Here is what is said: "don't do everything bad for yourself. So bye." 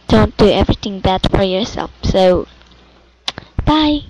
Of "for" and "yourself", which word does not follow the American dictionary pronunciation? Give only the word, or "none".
none